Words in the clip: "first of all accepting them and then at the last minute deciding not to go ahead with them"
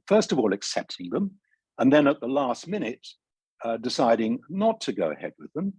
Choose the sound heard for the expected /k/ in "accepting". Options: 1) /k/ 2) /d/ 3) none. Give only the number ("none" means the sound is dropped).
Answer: 1